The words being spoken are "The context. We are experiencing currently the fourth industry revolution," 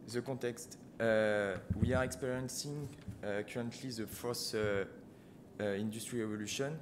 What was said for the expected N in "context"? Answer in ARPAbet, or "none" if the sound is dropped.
none